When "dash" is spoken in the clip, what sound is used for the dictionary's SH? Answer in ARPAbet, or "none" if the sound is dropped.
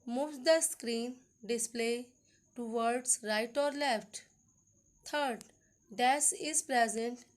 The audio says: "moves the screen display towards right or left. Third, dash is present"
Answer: S